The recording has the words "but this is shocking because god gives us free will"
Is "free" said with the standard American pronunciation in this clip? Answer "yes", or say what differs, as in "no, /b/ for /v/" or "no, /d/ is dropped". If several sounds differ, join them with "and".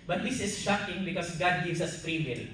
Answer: no, /p/ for /f/